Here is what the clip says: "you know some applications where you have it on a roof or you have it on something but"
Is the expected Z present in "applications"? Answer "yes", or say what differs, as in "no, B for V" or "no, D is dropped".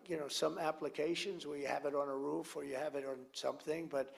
yes